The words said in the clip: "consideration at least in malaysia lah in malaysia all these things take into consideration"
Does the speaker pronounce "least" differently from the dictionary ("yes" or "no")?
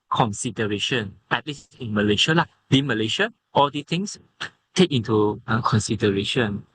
yes